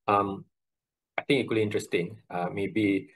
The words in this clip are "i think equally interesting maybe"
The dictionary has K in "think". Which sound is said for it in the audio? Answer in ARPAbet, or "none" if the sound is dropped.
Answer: none